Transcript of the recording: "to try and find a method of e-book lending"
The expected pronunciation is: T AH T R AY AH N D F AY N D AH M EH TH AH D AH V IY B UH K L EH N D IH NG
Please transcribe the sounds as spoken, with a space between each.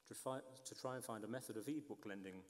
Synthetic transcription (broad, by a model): T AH T R AY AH N F AY N D AH M EH TH AH D AH V IY B UH K L EH N D IH NG